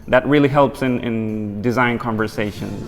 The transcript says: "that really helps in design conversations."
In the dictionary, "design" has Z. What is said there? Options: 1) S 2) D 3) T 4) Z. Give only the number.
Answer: 4